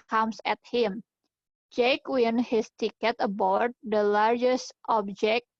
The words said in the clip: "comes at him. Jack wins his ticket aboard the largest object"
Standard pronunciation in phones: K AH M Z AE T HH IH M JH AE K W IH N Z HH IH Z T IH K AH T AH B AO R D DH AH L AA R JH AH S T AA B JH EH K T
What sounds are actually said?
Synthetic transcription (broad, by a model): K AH M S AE T HH IH M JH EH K W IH N HH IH S T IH K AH T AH B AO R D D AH L AA R JH AH S T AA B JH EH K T